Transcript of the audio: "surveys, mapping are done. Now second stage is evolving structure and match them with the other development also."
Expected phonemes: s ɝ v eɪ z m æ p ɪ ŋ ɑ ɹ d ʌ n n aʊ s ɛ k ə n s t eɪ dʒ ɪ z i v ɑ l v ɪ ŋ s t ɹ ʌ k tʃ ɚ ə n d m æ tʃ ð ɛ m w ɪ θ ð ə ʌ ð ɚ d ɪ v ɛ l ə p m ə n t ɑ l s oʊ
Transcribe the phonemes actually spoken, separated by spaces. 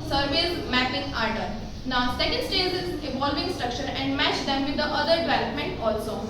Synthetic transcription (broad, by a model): s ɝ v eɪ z m æ p ɪ ŋ ɑ ɹ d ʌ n n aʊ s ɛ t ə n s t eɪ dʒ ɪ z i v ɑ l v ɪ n s t ɹ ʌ k ʃ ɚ ə n d m æ tʃ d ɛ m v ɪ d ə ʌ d ɚ d ɪ v ɛ l ə p m ə n t ɑ l s oʊ